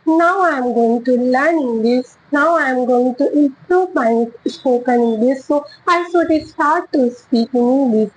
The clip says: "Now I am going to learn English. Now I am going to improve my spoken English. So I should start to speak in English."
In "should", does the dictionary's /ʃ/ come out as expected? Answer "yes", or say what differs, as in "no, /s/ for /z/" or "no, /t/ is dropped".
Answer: no, /s/ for /ʃ/